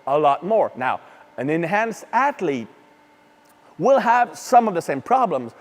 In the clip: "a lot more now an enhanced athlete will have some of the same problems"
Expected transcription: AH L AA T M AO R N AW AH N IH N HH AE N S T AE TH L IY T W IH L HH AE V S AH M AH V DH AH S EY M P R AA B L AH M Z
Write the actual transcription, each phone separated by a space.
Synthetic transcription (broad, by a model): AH L AA T M AO R N AW AH N IH N HH AE N S T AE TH L IY T W IH L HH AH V S AH M AH V DH AH S EY M P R AA B L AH M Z